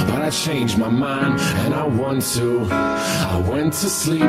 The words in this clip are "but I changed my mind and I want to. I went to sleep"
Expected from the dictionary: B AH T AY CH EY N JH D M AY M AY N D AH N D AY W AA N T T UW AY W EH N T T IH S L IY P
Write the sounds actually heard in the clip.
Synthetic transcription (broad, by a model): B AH T AY CH EY N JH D M AY M AY N D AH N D AY W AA N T T UW AY W EH N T T IH S L IY